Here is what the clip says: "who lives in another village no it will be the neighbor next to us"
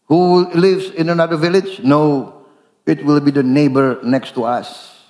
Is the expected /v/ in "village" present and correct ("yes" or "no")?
yes